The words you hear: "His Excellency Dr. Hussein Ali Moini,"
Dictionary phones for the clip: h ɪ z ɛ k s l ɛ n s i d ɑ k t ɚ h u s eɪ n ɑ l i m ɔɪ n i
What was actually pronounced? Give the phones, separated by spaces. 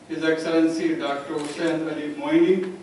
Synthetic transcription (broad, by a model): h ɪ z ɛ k s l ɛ n s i d ɑ k t ɚ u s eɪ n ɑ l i m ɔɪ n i